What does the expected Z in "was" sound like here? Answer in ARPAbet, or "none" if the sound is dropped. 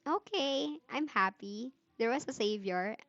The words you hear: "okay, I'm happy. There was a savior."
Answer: S